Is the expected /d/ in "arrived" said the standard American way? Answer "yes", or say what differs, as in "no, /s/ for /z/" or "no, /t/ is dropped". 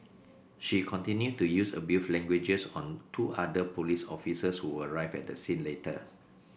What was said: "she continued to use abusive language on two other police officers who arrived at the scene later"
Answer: no, /d/ is dropped